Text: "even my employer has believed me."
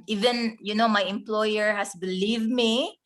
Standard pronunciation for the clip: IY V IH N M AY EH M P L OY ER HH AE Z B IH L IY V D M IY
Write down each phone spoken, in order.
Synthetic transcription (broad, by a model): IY V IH N M AY EH M P L OY ER HH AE S B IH L IY V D M IY